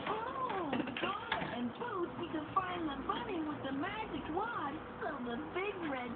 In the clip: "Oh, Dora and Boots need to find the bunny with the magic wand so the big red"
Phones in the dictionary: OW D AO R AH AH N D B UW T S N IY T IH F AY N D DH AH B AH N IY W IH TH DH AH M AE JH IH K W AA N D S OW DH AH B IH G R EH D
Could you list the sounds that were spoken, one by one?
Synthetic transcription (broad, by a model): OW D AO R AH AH N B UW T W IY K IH F AY N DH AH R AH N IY W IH DH AH M AE JH IH K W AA D S OW DH AH B IH G R EH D